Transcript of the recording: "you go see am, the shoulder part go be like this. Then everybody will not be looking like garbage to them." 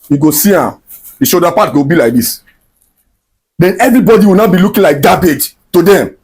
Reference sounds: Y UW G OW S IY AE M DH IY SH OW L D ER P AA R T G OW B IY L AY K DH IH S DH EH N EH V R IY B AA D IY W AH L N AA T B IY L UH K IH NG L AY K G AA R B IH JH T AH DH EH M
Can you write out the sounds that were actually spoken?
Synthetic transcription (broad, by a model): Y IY G OW S IY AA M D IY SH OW D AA P AA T G OW B IY L AY K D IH S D EH N EH V R IY B AA D IY W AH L N AA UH B IY L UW K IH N L AY K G AA B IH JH T AH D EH M